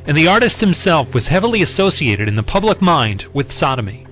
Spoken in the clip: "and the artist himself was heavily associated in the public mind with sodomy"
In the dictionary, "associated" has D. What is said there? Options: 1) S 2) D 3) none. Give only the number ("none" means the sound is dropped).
2